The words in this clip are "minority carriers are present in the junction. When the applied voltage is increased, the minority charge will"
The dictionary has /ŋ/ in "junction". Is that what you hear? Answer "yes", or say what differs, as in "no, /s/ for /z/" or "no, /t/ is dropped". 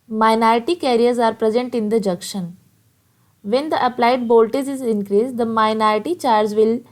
no, /ŋ/ is dropped